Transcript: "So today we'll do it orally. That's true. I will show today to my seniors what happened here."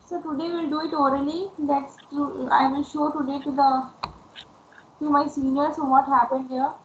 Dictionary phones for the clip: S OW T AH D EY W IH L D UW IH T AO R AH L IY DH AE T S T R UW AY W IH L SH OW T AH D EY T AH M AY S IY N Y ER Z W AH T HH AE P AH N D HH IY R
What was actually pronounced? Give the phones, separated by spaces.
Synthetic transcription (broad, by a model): S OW T AH D EY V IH L D UW IH T AO R AH L IY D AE T S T UW AY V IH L SH OW T AH D EY T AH M AY S IY N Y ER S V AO T HH AE P AH N D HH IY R